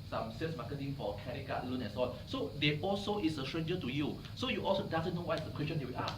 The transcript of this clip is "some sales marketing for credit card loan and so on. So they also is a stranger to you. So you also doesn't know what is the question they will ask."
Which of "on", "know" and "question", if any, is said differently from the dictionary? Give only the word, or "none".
on